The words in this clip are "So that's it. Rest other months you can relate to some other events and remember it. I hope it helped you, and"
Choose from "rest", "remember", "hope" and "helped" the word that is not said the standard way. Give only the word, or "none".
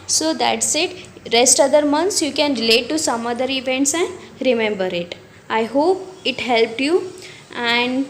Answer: none